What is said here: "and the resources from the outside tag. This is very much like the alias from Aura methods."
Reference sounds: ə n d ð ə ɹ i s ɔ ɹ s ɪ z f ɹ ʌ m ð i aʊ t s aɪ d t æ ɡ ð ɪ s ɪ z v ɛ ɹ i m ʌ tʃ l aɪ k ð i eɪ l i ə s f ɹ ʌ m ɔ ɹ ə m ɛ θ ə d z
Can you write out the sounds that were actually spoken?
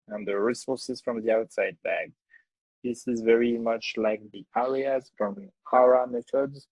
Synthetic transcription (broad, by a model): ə n ð ə ɹ i s ɔ ɹ s ɪ z f ɹ ʌ m ð i aʊ t s aɪ d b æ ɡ ð ɪ s ɪ z v ɛ ɹ i m ʌ tʃ l aɪ k ð i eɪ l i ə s f ɹ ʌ m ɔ ɹ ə m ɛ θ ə d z